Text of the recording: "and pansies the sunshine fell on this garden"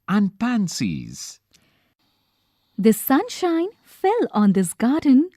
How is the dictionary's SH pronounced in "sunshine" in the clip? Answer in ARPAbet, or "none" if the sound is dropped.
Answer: SH